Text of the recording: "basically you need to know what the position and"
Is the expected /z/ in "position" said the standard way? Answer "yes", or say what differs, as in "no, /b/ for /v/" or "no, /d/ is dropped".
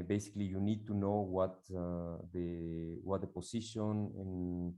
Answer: no, /s/ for /z/